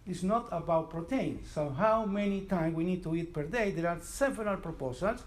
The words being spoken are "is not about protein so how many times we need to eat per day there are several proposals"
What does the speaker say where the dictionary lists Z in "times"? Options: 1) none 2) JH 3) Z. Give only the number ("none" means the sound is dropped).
1